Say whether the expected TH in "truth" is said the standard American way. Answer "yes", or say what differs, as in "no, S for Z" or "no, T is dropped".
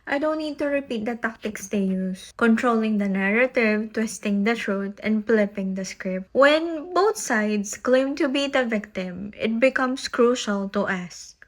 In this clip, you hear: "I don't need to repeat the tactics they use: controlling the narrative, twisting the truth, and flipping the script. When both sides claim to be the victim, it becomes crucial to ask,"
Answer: no, T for TH